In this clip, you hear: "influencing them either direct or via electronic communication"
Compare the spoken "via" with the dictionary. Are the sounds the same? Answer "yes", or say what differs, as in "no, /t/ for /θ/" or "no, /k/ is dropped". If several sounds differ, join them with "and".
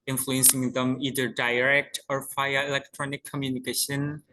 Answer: no, /f/ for /v/